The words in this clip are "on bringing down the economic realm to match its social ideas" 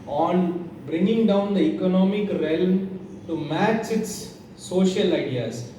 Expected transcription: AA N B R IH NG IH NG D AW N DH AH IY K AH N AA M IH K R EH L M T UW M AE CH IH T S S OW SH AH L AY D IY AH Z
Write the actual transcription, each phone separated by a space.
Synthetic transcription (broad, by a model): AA N B R IH NG IH NG D AW N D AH IY K AH N AA M IH K R EH L M T UW M AE CH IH T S S OW SH AH L AY D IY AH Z